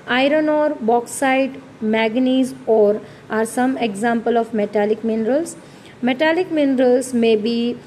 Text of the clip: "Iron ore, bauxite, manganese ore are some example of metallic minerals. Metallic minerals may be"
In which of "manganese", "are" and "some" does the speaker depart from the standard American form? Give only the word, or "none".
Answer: manganese